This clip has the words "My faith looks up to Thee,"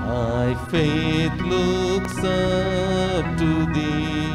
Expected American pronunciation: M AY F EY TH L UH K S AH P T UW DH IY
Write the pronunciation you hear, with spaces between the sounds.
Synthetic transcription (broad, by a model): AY F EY T L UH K S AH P T UW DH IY